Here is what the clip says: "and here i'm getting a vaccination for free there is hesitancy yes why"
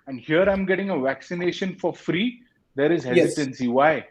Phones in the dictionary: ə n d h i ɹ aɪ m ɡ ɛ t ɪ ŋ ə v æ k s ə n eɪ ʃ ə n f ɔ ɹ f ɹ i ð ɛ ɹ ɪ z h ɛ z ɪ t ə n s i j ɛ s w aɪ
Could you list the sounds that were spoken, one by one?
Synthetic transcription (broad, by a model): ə n d h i ɹ aɪ m ɡ ɛ t ɪ ŋ ə v æ k s ə n eɪ ʃ ə n f ɔ ɹ f ɹ i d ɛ ɹ ɪ z h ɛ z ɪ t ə n s i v aɪ